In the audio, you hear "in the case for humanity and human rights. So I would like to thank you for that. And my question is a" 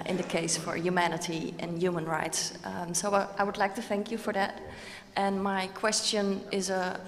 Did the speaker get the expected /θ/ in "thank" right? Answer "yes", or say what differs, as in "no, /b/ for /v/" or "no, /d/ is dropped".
yes